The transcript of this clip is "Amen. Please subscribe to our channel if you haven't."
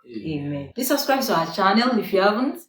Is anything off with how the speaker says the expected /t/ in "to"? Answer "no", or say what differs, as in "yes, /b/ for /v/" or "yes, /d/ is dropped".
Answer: yes, /s/ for /t/